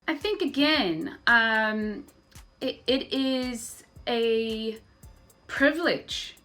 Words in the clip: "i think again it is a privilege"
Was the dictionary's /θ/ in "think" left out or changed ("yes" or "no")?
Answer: no